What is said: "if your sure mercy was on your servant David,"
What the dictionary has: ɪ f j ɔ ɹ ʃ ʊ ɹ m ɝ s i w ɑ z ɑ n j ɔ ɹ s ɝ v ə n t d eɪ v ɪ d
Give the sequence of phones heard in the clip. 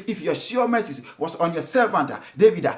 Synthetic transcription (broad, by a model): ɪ f j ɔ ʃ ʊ m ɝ s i w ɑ s ɑ n j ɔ s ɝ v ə n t d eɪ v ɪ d